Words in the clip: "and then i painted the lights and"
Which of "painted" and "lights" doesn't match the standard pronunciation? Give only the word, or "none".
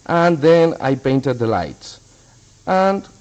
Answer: none